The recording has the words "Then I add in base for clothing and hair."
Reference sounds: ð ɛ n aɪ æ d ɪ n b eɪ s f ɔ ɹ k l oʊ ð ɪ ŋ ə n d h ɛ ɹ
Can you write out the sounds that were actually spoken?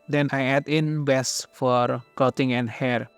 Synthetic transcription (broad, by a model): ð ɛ n aɪ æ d ɪ n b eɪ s f ɔ ɹ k oʊ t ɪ ŋ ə n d h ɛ ɹ